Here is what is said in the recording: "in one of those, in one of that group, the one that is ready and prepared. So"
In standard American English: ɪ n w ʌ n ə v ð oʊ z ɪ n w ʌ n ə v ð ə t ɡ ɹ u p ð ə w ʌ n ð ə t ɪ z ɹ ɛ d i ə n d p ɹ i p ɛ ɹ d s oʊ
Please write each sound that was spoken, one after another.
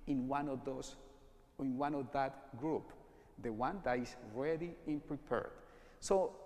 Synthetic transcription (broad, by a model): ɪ n w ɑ n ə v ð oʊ s ɪ n w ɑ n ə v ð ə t ɡ ɹ u p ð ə w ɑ n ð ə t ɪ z ɹ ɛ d i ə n p ɹ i p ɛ ɹ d s oʊ